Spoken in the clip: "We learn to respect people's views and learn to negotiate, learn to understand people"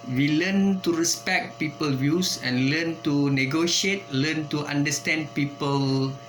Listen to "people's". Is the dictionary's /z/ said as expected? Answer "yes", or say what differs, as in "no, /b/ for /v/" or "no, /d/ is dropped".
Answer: no, /z/ is dropped